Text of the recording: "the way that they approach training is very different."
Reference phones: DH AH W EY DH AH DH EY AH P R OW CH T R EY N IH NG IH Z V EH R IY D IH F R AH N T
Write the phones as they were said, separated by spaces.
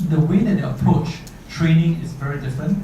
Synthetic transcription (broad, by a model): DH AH W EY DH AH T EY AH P OW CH T R EY N IH NG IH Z V EH R IY D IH F R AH N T